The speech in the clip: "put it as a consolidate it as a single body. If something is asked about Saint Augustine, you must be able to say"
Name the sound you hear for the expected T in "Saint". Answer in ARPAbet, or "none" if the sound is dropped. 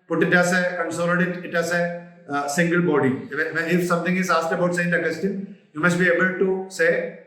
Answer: none